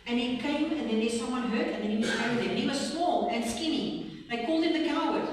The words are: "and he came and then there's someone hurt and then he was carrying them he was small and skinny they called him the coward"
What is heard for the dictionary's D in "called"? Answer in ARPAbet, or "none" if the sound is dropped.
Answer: D